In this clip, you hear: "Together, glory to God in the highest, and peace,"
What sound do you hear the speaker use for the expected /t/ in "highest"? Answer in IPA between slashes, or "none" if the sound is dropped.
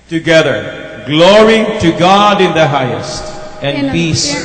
/t/